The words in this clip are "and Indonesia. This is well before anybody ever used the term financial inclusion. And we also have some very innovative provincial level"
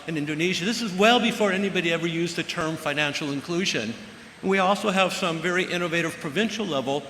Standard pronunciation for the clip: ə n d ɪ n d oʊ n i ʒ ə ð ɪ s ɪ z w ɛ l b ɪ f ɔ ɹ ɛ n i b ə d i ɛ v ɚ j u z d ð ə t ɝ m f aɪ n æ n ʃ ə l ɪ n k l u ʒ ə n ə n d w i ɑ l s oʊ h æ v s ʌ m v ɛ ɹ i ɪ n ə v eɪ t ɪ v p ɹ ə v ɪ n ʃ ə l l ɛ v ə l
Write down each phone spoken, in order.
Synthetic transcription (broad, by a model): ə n ɪ n d oʊ n i ʒ ə ð ɪ s ɪ z w ɛ l b ɪ f ɔ ɹ ɛ n i b ə d i ɛ v ɚ j u z ð ə t ɝ m f aɪ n æ n ʃ l ɪ n k l u ʒ ə n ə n w i ɑ l s oʊ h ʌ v s ʌ m v ɛ ɹ i ɪ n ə v eɪ t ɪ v p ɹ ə v ɪ n ʃ l l ɛ v l